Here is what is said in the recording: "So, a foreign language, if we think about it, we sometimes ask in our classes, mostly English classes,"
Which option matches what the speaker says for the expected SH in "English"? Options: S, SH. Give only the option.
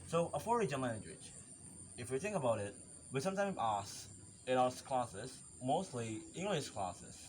SH